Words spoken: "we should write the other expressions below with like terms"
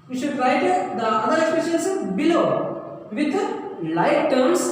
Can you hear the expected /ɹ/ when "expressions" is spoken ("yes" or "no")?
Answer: no